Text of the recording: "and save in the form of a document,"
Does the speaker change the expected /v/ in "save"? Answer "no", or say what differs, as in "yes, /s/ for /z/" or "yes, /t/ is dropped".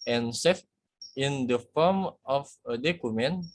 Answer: yes, /f/ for /v/